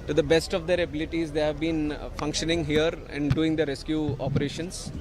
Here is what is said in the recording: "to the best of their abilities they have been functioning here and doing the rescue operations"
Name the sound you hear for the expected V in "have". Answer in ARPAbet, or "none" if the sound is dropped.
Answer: V